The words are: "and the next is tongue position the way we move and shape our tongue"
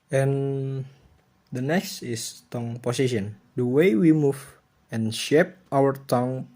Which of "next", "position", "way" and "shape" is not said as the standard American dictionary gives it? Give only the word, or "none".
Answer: position